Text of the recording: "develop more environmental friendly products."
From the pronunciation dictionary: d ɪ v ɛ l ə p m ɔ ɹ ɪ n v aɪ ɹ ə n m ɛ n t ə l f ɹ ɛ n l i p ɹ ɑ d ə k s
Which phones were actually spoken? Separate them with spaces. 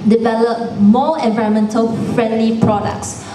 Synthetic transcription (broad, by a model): d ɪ v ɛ l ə p m ɔ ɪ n v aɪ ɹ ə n m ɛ n t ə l f ɹ ɛ n l i p ɹ ɑ d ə k s